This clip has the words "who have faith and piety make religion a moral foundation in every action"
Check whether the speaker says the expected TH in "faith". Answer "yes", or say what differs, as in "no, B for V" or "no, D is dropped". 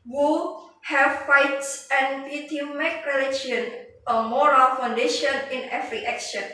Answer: no, S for TH